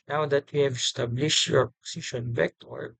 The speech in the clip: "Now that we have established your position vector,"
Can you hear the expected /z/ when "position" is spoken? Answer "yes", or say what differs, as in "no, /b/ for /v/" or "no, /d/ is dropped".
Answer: no, /s/ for /z/